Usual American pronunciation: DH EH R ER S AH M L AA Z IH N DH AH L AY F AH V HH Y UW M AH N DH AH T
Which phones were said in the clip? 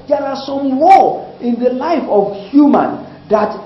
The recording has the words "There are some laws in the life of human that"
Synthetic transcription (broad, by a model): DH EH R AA S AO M W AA IH N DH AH L AY F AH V HH Y UW M AH N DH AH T